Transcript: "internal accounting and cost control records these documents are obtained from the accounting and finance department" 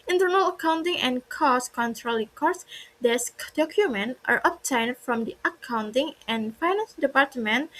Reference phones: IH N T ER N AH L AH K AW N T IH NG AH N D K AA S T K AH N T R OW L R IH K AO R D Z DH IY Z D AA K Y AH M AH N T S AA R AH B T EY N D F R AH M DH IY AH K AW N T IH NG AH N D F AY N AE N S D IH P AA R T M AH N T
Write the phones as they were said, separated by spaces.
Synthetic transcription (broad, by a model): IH N T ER N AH L AH K AW N T IH NG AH N K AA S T K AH N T R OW L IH K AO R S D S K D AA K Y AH M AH N T AA R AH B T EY N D F R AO M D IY AH K AW N T IH NG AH N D F AY N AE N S D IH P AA R T M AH N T